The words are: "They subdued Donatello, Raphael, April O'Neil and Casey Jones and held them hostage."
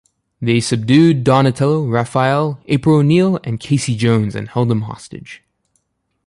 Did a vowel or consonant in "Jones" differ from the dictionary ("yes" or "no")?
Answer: no